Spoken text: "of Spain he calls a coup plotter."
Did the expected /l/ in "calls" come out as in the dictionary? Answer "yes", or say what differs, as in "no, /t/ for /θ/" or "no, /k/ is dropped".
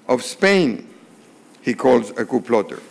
yes